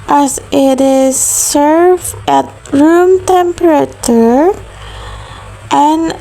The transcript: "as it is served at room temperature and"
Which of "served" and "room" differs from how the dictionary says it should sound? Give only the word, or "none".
served